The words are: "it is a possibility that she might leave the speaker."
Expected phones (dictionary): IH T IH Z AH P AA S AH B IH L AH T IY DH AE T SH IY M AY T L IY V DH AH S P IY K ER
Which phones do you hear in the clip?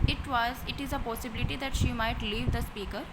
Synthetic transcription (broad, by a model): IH T IH Z AH P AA S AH B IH L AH T IY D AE T SH IY M AY T L IY V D AH S P IY K ER